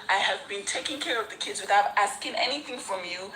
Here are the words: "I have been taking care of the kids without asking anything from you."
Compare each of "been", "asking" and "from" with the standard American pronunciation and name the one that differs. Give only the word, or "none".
none